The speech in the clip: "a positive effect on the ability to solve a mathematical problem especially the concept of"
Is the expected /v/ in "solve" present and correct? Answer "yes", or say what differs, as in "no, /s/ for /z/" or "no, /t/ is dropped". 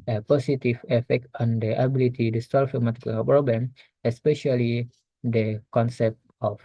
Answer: no, /f/ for /v/